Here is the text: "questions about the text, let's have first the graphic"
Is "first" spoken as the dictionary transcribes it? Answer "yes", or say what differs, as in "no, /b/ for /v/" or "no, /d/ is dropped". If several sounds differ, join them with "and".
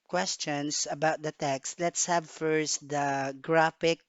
yes